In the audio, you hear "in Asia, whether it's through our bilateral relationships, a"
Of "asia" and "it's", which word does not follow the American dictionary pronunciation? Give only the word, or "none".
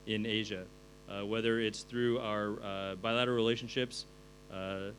none